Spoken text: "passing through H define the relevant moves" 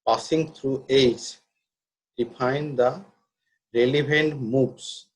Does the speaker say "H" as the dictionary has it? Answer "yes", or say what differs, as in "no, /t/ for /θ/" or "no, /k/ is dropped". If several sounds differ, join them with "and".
no, /s/ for /tʃ/